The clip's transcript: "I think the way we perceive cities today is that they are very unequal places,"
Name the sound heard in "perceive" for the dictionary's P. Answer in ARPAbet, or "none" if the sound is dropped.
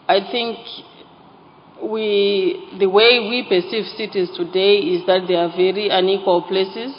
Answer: B